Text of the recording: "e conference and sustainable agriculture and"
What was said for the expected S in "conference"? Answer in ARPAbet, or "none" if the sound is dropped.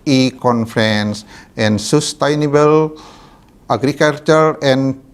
S